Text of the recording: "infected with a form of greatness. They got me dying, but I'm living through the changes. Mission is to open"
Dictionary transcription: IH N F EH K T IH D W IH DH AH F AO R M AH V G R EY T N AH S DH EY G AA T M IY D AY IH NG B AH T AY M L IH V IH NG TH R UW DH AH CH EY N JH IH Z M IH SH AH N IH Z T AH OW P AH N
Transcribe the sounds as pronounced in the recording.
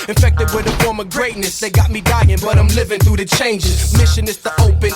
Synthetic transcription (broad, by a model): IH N F EH K T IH D W IH DH AH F AO R M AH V G R EY T N AH S DH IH G AA T M IY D AY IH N B AH T AY M L IH V IH NG TH R UW DH AH CH EY N JH IH Z M IH SH AH N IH S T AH OW P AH N